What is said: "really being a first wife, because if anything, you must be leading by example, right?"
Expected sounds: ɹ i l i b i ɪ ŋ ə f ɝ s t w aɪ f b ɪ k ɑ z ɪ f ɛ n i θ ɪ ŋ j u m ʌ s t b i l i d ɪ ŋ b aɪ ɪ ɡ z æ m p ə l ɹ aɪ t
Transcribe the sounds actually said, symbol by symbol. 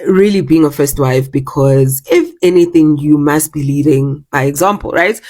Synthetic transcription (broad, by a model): ɹ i l i b i ɪ ŋ ə f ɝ s t w aɪ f b ɪ k ɑ z ɪ f ɛ n i θ ɪ ŋ j u m ʌ s t b i l i d ɪ ŋ b aɪ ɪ ɡ z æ m p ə l ɹ aɪ t